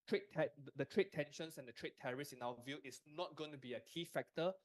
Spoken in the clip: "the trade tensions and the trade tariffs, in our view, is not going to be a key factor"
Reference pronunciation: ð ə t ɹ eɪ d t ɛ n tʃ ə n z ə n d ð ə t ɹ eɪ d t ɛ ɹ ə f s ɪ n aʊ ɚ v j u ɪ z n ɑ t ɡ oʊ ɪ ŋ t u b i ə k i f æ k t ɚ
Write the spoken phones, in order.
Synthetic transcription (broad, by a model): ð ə t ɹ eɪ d t ɛ n ʃ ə n s ə n d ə t ɹ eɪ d t ɛ ɹ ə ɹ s ɪ n aʊ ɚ v j u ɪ s n ɑ t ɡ oʊ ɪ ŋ t u b i ə k i f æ k t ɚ